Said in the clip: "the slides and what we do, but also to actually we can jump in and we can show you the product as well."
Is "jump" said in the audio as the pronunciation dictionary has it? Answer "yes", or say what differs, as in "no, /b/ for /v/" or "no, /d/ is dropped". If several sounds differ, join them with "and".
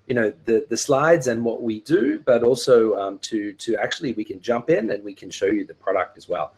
yes